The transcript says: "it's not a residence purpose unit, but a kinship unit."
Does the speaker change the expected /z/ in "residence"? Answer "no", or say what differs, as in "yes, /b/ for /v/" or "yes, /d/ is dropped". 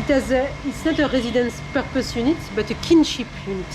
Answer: no